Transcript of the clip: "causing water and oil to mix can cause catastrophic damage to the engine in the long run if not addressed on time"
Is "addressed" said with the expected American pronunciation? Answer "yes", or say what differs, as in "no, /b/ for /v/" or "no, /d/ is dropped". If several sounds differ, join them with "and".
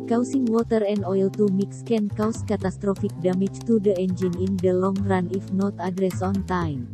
no, /t/ is dropped